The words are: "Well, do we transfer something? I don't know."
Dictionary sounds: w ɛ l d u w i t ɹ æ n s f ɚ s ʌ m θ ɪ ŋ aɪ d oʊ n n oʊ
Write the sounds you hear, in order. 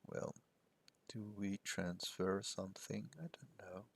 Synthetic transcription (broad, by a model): w ɛ l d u w i t ɹ æ n s f ɚ s ʌ m θ ɪ ŋ aɪ d oʊ n n oʊ